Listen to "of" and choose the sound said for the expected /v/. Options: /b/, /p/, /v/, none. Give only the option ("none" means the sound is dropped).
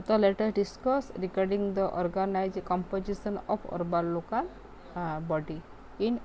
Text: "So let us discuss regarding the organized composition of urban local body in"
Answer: /p/